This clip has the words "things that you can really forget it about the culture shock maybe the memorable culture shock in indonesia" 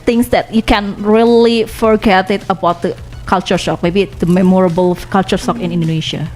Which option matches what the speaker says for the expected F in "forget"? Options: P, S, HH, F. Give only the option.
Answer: F